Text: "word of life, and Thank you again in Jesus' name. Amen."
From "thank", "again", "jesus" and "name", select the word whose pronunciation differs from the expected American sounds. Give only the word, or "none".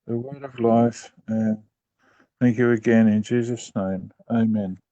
none